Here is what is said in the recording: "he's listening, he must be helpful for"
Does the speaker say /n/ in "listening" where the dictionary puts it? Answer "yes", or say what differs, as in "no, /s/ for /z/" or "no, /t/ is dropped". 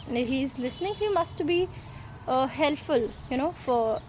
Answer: yes